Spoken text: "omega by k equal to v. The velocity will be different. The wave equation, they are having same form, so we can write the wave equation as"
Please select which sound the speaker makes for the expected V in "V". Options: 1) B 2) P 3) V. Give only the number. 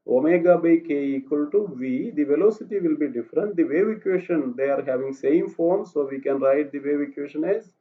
3